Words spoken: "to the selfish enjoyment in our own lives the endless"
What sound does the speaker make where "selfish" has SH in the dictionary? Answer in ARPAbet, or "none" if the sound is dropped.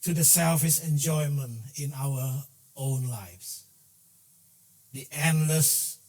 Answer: S